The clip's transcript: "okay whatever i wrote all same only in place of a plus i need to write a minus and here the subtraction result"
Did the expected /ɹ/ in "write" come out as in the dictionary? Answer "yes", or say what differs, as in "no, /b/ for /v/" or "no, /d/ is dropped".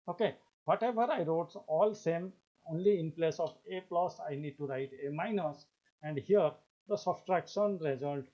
yes